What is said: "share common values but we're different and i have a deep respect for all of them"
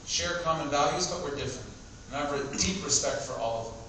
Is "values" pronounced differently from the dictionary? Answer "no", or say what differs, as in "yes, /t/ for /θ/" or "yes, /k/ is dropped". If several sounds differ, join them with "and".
no